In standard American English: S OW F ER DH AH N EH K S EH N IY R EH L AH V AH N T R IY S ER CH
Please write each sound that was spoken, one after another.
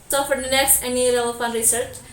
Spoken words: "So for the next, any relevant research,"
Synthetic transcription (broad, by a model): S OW F ER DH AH N EH K S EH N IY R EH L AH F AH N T R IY S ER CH